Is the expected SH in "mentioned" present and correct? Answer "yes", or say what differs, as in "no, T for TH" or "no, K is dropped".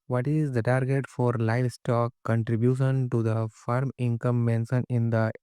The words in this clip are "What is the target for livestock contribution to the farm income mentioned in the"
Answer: no, S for SH